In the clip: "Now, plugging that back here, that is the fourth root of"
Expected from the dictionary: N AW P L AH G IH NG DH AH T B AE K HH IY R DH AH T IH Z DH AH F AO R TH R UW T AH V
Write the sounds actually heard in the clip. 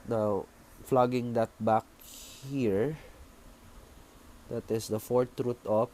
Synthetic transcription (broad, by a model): N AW F L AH G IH NG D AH T B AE K HH IY R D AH T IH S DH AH F AO R T R UW T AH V